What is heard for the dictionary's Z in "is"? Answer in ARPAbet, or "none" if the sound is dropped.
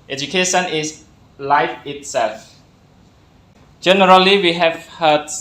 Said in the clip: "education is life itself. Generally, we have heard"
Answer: S